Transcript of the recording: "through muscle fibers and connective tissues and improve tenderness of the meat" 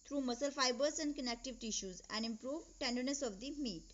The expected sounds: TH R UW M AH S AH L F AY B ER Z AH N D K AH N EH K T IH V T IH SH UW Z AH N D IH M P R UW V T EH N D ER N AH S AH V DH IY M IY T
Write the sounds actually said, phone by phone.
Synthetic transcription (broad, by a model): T R UW M AH S AH L F AY B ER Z AH N D K AH N EH K T IH V T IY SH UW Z AH N D IH M P R UW V T EH N D ER N AH S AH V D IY M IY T